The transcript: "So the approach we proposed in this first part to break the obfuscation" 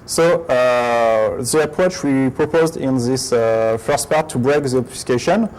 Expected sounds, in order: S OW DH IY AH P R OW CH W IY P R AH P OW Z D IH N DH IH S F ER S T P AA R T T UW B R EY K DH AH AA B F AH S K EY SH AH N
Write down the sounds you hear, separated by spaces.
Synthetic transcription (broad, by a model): S OW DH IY AH P R OW CH W IY P R AH P OW Z D IH N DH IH S F ER S T P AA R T T UW B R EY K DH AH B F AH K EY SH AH N